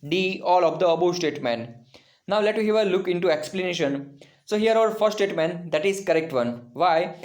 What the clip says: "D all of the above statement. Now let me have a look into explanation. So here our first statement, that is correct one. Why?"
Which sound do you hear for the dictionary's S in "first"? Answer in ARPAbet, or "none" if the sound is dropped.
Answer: none